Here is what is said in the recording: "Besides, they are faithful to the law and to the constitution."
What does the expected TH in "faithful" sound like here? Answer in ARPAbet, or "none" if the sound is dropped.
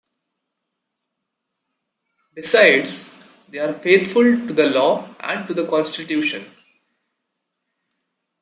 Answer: T